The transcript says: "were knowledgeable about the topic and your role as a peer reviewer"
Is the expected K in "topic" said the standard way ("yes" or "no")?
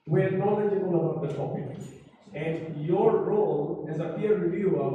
no